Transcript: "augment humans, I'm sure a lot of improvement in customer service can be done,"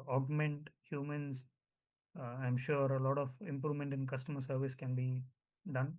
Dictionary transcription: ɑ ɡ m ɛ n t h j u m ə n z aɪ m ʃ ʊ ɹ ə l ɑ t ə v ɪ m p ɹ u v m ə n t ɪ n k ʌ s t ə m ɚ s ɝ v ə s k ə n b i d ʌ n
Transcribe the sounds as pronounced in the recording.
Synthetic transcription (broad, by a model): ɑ ɡ m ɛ n t h j u m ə n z aɪ m ʃ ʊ ɹ ə l ɑ t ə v ɪ m p ɹ u v m ə n t ɪ n k ʌ s t ə m ɚ s ɝ v ə s k ə n b i d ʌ n